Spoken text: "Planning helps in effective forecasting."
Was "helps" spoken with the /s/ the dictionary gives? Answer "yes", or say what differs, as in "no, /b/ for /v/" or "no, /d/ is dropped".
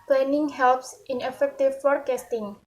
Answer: yes